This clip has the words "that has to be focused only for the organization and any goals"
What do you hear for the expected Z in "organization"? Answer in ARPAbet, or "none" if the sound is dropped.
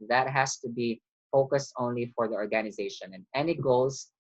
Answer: Z